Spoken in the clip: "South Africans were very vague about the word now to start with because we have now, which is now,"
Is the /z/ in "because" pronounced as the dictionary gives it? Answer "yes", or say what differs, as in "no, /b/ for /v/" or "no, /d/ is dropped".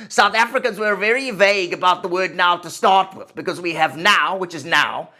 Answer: yes